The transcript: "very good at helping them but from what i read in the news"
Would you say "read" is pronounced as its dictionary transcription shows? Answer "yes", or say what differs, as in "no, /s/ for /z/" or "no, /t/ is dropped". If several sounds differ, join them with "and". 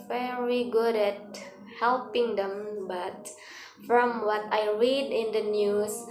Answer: yes